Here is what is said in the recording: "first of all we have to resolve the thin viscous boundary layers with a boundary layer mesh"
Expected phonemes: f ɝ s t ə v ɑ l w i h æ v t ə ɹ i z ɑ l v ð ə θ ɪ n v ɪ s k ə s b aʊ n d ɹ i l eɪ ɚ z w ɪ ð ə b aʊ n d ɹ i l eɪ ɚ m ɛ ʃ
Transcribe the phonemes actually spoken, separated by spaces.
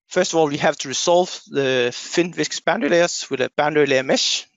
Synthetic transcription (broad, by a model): f ɝ s t ə v ɑ l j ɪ h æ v t ə ɹ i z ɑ l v ð ə f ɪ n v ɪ s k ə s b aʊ n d i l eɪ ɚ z w ɪ ð ə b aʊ n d i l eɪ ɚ m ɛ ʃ